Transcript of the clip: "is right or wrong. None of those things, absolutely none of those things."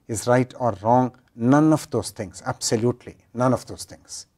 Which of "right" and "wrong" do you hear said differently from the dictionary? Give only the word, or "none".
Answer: none